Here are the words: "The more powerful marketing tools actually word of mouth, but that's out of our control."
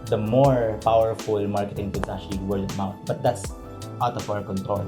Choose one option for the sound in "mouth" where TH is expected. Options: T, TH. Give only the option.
T